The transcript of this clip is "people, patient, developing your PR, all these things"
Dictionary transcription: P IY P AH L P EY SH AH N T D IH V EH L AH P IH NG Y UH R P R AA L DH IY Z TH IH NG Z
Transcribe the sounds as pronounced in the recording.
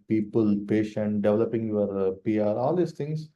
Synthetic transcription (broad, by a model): P IY P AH L P EY SH AH N T D IH V EH L AH P IH NG Y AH R P R AA L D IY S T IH NG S